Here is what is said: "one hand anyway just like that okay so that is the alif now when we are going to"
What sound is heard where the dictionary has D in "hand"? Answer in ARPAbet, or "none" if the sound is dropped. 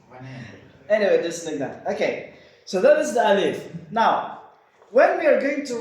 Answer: none